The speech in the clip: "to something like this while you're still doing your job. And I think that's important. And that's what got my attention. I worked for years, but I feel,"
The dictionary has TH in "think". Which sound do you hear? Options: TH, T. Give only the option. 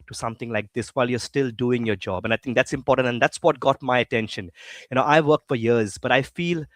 T